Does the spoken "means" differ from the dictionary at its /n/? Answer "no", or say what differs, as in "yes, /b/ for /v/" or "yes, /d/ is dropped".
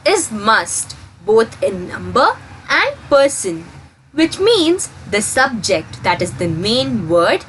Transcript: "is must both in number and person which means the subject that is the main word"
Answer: no